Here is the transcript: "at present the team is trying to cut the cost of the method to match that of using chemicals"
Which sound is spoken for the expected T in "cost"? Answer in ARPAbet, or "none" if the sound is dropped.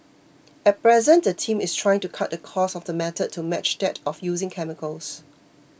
none